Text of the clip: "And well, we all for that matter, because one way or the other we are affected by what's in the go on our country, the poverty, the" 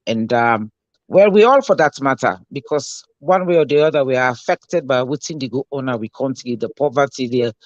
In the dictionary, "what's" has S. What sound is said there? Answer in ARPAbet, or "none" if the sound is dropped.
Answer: none